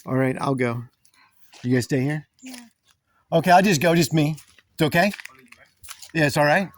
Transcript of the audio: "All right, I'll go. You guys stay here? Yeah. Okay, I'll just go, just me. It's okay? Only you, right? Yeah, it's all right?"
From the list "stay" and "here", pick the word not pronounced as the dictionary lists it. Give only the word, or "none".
none